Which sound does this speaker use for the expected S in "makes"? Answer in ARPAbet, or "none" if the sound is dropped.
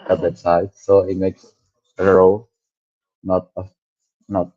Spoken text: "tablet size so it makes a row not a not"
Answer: S